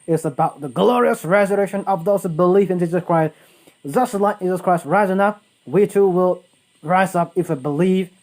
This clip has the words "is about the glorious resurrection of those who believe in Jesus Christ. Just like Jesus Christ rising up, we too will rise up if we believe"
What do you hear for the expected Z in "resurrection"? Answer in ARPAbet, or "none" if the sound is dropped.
Z